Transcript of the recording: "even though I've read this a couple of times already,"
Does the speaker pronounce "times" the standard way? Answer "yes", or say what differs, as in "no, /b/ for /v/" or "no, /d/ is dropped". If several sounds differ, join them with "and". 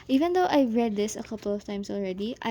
no, /s/ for /z/